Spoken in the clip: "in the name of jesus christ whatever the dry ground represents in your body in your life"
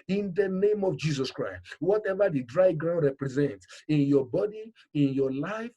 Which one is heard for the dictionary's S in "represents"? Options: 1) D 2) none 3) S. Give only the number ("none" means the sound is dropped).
3